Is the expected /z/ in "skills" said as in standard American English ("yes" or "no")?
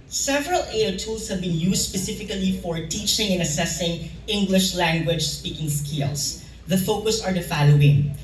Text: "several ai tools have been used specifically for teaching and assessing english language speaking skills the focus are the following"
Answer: no